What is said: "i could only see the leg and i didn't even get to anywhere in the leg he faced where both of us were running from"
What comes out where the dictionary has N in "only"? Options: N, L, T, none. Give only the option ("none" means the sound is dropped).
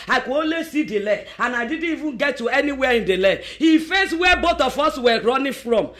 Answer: none